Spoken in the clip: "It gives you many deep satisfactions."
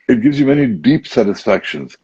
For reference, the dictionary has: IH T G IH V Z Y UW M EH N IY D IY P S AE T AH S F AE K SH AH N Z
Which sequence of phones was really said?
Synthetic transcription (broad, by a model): IH T G IH V Z Y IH M EH N IY D IY P S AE T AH S F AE K SH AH N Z